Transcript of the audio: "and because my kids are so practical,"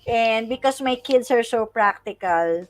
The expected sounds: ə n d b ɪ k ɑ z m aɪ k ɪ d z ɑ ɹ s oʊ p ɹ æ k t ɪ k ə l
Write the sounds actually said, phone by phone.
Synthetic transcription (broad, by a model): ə n d b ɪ k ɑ s m aɪ k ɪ d s ɑ ɹ s oʊ p ɹ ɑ k t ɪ k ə l